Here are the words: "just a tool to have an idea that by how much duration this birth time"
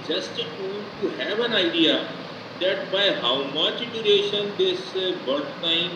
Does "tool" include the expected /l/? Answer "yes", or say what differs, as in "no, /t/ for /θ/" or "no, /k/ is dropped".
no, /n/ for /l/